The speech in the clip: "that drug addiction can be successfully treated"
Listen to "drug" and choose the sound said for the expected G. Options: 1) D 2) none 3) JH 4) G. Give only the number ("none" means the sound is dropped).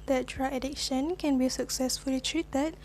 2